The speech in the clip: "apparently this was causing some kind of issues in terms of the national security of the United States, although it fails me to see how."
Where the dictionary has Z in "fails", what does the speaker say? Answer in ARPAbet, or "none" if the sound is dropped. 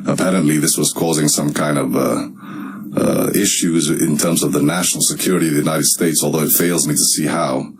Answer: Z